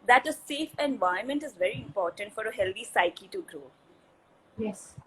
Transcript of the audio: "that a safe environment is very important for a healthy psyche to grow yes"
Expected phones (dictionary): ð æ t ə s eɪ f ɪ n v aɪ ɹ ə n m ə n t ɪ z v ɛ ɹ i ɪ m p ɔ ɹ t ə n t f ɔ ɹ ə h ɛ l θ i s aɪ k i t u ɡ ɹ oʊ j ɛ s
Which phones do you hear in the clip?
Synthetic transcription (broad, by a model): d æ t ə s eɪ f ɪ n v aɪ ə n m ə n t ɪ z v ɛ ɹ i ɪ m p ɔ ɹ t ə n t f ɔ ɹ ə h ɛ l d i s aɪ k i t u ɡ ɹ oʊ j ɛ s